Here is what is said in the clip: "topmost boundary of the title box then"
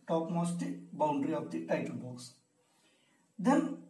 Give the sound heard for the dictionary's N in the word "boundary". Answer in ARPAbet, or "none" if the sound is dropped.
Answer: N